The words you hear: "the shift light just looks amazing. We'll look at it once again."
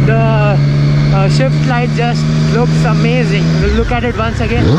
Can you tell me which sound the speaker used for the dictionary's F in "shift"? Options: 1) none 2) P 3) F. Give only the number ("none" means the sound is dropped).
3